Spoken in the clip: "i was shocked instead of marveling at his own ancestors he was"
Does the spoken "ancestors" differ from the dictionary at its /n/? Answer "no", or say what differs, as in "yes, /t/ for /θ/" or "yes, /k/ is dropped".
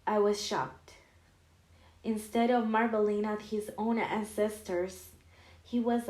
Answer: no